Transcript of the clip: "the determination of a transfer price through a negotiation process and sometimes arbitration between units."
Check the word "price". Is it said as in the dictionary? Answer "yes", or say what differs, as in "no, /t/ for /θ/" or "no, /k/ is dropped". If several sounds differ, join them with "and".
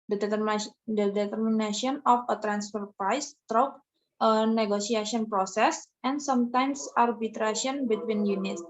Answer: yes